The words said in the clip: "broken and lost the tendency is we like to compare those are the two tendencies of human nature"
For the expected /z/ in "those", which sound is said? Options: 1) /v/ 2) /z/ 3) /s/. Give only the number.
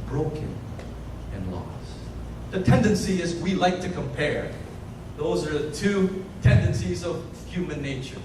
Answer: 2